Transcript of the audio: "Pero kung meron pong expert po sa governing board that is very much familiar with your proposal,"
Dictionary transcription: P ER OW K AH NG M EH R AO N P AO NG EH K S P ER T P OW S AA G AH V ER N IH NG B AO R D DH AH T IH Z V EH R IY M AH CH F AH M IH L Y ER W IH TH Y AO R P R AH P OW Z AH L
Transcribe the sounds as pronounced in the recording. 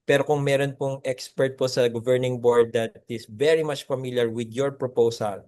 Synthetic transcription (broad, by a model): P ER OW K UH NG M EH R AO N P AO NG EH K S P ER T P OW S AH G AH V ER N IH NG B AO R D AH T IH S V EH R IY M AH CH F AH M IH L Y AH W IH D Y AO R P R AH P OW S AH L